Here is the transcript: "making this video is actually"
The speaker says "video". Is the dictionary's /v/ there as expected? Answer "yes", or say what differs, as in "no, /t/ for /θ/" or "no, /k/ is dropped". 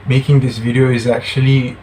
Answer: yes